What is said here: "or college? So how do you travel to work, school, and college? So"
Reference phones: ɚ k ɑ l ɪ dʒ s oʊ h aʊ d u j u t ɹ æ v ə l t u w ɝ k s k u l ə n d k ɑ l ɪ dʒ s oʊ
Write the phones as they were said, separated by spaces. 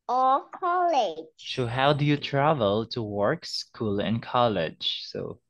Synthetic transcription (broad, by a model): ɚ k ɑ l ɪ dʒ s oʊ h aʊ d u j u t ɹ æ v ə l t u w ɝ k s k u l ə n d k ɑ l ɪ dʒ s oʊ